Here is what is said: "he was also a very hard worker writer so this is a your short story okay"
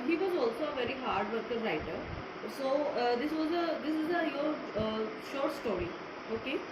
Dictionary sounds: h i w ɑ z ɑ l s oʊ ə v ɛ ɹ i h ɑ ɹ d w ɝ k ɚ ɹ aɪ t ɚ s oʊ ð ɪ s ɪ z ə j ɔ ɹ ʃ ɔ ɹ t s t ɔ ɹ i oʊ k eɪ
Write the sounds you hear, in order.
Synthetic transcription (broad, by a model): h i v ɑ z ɑ l s oʊ ə v ɛ ɹ i h ɑ ɹ d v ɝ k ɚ ɹ aɪ t ɚ s oʊ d ɪ s ɪ z ə j ɔ ɹ ʃ ɔ ɹ t s t ɔ ɹ i oʊ k eɪ